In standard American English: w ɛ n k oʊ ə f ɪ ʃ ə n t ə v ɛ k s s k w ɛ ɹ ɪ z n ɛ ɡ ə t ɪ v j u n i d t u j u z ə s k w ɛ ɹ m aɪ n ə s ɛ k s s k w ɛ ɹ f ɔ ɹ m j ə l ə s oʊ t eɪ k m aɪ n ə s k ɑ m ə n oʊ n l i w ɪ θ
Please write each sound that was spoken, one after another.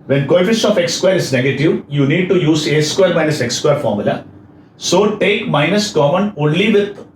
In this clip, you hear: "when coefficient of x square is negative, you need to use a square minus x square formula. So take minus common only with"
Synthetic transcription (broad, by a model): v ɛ n k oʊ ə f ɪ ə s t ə f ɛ k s s k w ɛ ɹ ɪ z n ɛ ɡ ə t ɪ v j u n i d t u j u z ə s k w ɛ ɹ m aɪ n ə s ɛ k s s k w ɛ ɹ f ɔ ɹ m j ə l ə s oʊ t eɪ k m aɪ n ə s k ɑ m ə n oʊ n l i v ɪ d